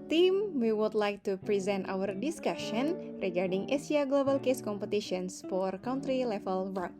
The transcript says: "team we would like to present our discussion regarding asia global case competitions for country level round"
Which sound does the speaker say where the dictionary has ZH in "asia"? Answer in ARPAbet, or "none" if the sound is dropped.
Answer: S